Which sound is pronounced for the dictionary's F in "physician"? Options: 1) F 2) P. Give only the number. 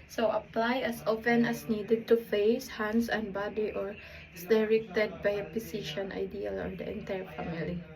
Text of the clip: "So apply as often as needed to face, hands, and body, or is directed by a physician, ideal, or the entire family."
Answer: 2